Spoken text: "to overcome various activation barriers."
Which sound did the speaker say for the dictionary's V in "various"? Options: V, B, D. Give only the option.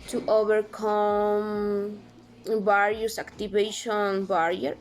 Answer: B